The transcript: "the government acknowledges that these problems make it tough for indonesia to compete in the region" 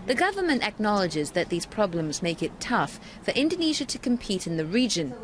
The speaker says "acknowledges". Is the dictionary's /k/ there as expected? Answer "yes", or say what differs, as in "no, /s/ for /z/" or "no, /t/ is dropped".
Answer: yes